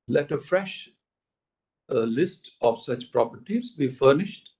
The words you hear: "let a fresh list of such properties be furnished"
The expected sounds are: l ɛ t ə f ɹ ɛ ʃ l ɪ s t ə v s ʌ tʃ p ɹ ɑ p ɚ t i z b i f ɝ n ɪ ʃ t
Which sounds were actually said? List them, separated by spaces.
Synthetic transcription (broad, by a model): l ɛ t ə f ɹ ɛ ʃ l ɪ s t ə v s ʌ tʃ p ɹ ɑ p ɚ t i z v i f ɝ n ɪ ʃ t